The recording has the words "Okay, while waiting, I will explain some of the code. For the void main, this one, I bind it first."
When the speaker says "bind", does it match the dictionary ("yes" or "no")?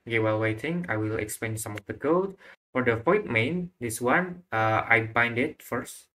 yes